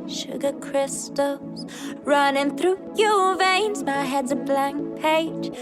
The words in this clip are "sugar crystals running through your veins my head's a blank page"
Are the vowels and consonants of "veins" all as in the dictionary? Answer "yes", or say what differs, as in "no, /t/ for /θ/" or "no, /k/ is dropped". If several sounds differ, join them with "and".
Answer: yes